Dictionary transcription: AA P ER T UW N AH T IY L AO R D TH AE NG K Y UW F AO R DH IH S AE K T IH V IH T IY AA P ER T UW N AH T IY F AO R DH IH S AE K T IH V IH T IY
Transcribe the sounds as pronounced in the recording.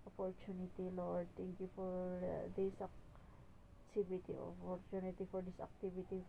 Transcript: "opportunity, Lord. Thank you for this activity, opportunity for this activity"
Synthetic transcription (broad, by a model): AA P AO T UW N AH T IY L AO R D T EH NG K Y UW F AO R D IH S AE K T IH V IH T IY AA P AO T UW N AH T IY F AO R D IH S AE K T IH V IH T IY